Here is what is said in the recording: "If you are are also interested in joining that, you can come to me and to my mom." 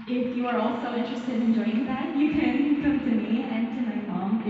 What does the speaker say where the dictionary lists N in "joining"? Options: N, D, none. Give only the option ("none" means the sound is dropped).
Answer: none